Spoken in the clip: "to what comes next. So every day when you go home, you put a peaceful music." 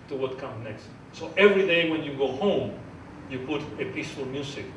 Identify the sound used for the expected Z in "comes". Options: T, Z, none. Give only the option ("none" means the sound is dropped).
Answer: none